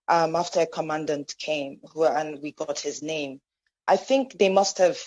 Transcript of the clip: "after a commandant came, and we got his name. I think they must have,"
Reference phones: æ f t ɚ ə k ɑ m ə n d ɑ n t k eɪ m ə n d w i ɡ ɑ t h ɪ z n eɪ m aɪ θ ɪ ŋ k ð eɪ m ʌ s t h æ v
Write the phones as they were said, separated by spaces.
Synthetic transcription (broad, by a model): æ f t ɚ ə k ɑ m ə n d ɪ n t k eɪ m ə n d w i ɡ ɑ t h ɪ z n eɪ m aɪ θ ɪ ŋ k ð eɪ m ʌ s t h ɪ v